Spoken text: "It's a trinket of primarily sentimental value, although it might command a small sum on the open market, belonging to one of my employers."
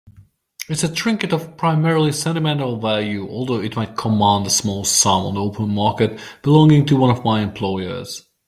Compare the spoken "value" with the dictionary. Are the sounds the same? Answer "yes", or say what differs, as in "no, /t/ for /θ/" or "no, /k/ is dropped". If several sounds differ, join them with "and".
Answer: yes